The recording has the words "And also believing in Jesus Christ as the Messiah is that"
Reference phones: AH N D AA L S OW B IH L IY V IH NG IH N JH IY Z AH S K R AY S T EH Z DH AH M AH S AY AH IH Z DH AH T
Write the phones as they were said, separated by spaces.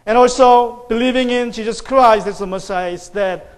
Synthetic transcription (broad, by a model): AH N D AA L S OW B IH L IY V IH NG IH N SH IY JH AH S K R AY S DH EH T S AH M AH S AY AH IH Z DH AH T